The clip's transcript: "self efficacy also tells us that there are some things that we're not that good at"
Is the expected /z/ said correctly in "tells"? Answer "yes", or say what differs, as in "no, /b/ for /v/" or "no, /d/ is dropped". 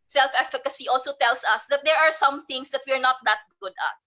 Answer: no, /s/ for /z/